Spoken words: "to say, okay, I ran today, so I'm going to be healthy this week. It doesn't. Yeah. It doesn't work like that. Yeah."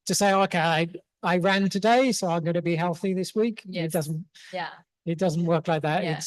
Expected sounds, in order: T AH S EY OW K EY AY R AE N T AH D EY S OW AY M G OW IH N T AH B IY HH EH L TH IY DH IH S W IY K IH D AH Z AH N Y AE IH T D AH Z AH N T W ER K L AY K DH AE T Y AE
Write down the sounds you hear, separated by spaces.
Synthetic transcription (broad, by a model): T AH S EY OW K EY AY R AE N T AH D EY S OW AY M G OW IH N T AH B IY HH EH L TH IY DH IH S W IY K IH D AH Z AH N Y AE IH T D AH Z AH N T W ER K L AY K DH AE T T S